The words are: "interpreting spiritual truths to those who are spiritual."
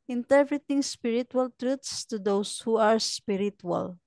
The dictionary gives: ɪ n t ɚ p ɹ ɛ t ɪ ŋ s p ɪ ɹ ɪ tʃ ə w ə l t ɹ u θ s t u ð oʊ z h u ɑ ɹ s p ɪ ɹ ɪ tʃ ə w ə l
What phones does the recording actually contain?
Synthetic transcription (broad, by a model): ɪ n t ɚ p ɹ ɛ t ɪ ŋ s p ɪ ɹ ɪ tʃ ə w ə l t ɹ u t s t u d oʊ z h u ɑ ɹ s p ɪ ɹ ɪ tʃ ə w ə l